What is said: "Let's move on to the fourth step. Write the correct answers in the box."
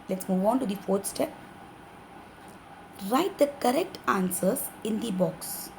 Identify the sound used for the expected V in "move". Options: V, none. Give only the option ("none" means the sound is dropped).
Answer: V